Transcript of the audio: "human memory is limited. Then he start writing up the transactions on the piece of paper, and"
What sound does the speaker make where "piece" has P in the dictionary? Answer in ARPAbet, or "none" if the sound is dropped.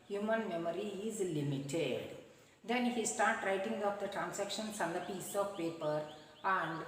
P